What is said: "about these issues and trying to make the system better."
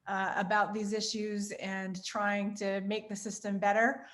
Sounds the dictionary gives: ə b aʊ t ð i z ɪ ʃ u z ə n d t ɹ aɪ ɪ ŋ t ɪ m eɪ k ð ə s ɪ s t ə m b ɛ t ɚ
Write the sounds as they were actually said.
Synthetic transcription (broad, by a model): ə b aʊ t ð i z ɪ ʃ u z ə n t ɹ aɪ ɪ ŋ t ɪ m eɪ k ð ə s ɪ s t ə m b ɛ t ɚ